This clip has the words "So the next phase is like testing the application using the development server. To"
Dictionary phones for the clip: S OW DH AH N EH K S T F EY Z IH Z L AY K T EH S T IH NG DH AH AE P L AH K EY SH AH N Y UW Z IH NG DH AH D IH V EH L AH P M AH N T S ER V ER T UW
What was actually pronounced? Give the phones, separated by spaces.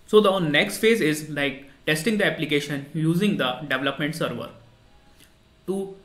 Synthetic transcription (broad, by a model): S OW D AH N EH K S T F EY Z IH Z L AY K T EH S T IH NG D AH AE P L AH K EY SH AH N Y UW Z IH NG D AH D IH V L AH P M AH N T S ER V ER T UW